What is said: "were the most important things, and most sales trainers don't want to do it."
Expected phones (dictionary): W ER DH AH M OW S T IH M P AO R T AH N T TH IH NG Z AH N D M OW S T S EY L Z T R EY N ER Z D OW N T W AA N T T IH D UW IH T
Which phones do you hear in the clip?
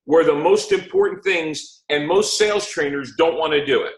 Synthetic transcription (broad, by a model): W ER DH AH M OW S T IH M P AO R T N TH IH NG Z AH N M OW S T S EY L Z T R EY N ER Z D OW N T W AA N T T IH D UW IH T